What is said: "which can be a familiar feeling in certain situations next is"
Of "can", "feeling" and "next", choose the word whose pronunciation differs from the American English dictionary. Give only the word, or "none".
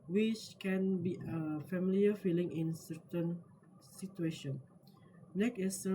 next